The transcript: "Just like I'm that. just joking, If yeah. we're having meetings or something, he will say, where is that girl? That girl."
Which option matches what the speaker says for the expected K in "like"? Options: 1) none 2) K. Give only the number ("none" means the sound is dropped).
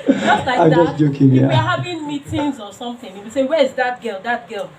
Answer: 1